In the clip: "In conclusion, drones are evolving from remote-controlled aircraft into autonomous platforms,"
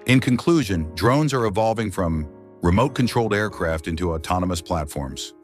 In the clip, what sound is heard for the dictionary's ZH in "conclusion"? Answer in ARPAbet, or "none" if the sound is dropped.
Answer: ZH